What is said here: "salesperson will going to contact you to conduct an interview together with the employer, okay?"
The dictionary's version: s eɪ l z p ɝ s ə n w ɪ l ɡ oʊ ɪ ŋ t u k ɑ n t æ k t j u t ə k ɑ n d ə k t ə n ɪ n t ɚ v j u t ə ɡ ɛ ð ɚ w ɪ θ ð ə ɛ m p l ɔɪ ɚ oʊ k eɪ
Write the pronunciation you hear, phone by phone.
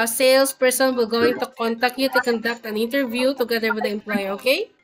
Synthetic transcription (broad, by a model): s eɪ l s p ɝ s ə n w ɪ l ɡ oʊ ɪ ŋ t u k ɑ n t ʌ k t j u t ə k ɑ n d ə k t ə n ɪ n t ɚ v j u t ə ɡ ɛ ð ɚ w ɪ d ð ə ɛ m p l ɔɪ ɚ oʊ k eɪ